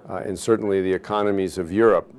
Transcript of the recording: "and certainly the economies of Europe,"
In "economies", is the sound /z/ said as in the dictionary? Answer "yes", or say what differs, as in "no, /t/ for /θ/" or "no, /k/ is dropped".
yes